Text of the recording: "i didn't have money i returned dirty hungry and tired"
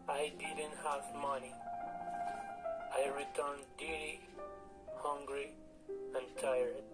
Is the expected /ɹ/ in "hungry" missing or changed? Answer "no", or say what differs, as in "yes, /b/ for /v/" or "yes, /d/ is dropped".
no